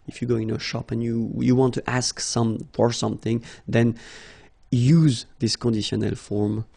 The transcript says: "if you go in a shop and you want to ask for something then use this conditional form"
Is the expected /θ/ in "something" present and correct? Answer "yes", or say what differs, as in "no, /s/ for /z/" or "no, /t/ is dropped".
yes